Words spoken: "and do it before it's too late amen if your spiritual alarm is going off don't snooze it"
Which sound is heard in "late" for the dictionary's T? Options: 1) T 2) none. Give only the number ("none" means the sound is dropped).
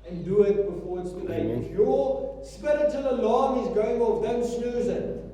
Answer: 2